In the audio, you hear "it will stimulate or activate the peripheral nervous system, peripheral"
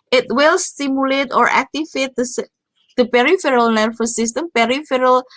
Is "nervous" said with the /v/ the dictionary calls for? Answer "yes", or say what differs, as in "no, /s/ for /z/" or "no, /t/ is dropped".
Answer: no, /f/ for /v/